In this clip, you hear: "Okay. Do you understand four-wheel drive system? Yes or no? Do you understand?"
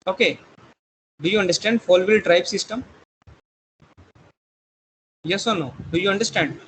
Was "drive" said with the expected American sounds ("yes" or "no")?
no